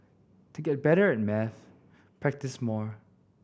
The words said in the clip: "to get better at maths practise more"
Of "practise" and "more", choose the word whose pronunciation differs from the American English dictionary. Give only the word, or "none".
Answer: none